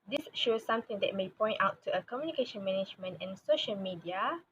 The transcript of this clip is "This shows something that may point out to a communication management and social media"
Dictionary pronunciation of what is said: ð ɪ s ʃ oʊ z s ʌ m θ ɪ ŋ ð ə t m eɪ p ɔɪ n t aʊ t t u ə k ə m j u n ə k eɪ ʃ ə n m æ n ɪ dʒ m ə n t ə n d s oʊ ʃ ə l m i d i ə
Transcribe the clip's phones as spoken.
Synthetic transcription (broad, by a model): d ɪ s ʃ oʊ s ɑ m t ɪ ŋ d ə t m eɪ p ɔɪ n t aʊ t t u ə k ə m j u n ə k eɪ ʃ ə n m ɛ n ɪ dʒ m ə n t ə n s oʊ ʃ ə l m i d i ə